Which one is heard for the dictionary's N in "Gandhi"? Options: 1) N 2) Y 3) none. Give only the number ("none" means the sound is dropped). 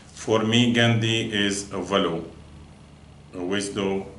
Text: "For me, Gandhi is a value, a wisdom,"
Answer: 1